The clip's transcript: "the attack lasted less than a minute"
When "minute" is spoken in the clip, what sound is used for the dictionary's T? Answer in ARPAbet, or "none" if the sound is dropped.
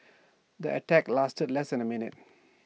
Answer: T